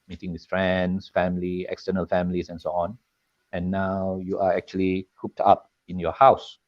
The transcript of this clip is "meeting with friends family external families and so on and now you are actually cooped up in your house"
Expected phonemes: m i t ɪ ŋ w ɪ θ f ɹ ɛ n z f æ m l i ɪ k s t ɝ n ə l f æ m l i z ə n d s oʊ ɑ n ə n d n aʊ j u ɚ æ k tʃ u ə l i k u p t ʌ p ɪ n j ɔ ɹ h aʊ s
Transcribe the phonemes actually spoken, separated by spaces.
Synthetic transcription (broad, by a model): m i t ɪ ŋ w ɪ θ f ɹ ɛ n s f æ m l i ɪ k s t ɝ n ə l f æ m l i s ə n s oʊ ɑ n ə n n aʊ j u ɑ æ k tʃ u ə l i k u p t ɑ p ɪ n j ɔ h aʊ s